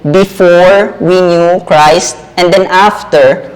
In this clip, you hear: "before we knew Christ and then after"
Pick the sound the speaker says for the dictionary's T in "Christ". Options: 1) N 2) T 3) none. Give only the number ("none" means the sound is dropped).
2